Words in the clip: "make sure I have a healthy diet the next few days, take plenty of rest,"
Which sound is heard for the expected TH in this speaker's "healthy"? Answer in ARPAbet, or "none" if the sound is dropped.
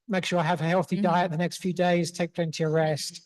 TH